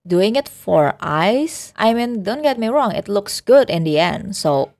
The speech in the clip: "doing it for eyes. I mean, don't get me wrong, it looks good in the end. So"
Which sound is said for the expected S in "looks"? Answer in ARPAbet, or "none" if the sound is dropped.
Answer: S